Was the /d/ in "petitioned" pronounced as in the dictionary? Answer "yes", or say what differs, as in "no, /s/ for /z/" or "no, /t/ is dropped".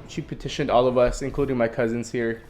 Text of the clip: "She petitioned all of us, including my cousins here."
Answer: yes